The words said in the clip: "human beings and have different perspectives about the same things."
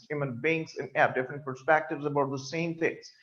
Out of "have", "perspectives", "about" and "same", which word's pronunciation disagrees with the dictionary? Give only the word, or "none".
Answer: have